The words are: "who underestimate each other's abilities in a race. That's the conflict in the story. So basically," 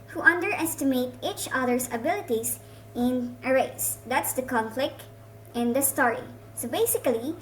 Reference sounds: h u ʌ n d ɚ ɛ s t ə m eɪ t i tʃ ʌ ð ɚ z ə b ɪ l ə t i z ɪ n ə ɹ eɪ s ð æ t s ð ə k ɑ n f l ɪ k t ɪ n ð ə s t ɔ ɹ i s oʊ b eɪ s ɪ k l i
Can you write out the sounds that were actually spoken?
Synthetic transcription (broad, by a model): h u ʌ n d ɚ ɛ s t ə m eɪ t i tʃ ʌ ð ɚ s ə b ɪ l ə t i s ɪ n ə ɹ eɪ s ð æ t s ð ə k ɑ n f l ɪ k t ɪ n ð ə s t ɔ ɹ i s oʊ b eɪ s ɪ k l i